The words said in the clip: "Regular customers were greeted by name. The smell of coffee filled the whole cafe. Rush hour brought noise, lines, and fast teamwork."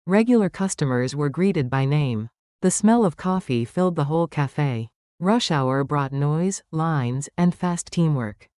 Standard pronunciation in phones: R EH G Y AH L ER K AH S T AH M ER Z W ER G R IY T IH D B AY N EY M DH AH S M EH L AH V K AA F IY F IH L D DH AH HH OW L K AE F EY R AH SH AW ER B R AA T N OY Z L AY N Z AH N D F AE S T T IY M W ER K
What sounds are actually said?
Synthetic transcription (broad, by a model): R EH G Y L ER K AH S T AH M ER Z W ER G R IY T IH D B AY N EY M DH AH S M EH L AH V K AA F IY F IH L D DH AH HH OW L K AE F EY R AH SH AW ER B R AA T N OY Z L AY N Z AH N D F AE S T T IY M W ER K